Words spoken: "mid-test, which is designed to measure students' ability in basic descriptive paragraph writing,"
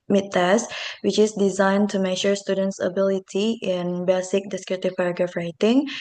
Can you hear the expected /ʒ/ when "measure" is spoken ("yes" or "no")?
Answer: no